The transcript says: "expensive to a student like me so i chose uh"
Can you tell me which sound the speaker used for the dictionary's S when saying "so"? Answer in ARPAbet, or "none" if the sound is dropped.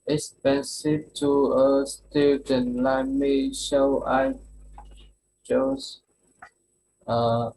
SH